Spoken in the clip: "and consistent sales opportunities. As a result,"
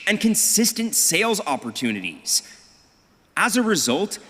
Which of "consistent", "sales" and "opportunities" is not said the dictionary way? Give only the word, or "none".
none